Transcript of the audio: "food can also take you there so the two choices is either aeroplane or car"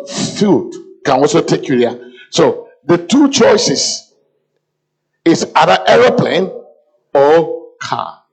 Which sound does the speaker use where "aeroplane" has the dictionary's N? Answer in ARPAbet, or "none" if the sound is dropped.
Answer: N